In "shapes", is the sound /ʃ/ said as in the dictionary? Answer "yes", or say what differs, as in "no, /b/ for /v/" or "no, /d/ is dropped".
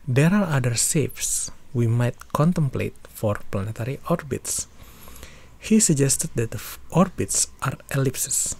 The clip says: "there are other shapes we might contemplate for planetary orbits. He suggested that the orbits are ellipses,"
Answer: no, /s/ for /ʃ/